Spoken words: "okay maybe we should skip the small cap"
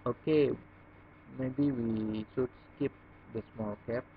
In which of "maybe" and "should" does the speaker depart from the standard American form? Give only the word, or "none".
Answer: should